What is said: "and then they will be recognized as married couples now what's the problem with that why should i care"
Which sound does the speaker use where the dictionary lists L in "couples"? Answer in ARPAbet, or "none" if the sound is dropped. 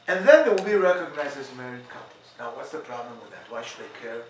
none